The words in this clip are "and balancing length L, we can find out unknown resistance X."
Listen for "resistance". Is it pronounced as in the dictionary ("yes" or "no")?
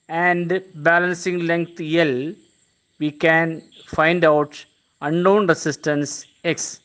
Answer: no